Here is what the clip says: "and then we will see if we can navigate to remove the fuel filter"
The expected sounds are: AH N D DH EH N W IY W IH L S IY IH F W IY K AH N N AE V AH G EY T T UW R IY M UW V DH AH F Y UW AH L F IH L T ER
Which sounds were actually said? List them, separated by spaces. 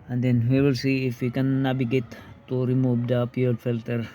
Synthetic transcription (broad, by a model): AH N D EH N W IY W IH L S IY IH F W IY K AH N N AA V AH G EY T T UW R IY M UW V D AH P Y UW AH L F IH L T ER